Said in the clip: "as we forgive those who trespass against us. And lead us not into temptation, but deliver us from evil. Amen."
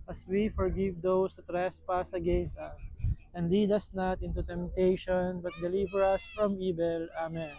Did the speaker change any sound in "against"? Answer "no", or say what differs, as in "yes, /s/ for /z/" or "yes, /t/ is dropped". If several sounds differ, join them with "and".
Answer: no